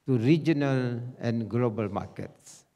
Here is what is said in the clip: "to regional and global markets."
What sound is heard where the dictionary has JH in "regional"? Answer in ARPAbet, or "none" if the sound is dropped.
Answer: JH